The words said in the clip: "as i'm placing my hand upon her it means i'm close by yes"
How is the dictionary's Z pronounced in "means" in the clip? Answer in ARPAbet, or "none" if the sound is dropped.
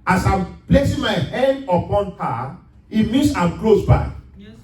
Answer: S